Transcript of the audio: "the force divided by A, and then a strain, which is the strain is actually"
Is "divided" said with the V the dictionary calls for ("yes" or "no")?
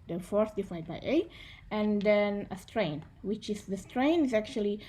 no